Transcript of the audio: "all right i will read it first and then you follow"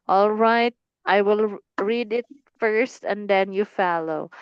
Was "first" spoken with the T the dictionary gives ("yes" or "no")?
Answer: yes